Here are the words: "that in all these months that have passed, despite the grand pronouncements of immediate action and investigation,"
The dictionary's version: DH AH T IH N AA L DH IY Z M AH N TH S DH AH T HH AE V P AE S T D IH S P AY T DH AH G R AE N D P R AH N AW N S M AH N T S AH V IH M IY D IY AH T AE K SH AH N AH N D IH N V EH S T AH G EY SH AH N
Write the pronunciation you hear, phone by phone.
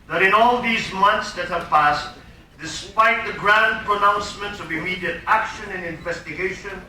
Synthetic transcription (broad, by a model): DH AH T IH N AA L DH IY Z M AH N TH S DH AH T HH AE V P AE S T D IH S P AY T DH AH G R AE N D P R AH N AW N S M AH N T S AH V IH M IY D IY AH T AE K SH AH N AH N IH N V EH S T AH G EY SH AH N